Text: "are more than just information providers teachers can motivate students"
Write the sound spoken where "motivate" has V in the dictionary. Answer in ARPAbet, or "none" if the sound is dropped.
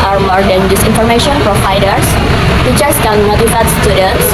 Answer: F